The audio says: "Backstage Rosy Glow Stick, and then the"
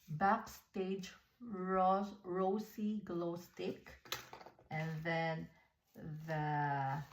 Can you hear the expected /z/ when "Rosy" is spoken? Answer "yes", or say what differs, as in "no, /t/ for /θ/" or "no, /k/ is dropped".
no, /s/ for /z/